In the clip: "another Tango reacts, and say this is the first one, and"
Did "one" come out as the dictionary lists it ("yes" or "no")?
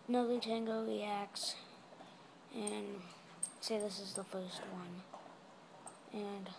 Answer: yes